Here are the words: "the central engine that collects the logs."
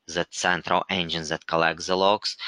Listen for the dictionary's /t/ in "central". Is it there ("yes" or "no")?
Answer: yes